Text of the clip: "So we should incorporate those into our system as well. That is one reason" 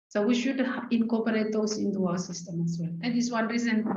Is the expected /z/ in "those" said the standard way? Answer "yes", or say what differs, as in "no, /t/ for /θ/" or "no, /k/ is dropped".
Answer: no, /s/ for /z/